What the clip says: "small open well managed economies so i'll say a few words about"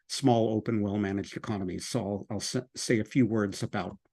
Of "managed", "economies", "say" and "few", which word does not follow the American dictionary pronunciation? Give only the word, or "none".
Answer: none